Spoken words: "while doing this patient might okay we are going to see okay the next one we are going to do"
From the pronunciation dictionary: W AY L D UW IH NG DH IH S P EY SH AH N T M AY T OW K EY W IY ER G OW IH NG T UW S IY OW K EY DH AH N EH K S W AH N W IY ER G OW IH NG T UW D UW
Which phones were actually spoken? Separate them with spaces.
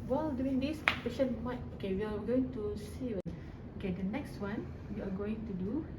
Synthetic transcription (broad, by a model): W AY L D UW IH NG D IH S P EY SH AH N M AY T OW K EY W IY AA G OW IH NG T UW S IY OW K EY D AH N EH K S W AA N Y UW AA G OW IH NG T UW D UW